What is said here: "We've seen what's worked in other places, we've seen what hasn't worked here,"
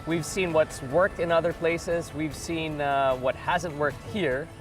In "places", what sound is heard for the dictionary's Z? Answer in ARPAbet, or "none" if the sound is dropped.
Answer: Z